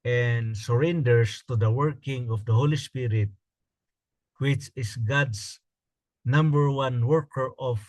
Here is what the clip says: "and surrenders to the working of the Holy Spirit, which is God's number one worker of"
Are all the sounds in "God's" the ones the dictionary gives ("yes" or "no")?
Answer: no